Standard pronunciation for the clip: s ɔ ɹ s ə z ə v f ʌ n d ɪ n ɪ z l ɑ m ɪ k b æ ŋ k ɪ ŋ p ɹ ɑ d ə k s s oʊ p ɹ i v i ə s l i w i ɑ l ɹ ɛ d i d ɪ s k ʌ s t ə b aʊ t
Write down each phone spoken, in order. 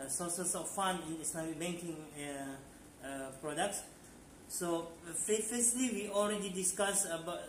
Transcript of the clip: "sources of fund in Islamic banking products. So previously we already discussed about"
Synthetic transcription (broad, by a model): s ɔ s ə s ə f f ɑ n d ɪ n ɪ s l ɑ m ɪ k b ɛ ŋ k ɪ ŋ p ɹ ɑ d ə k s s oʊ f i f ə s l i w i ɑ l ɹ ɛ d i d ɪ s k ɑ s ə b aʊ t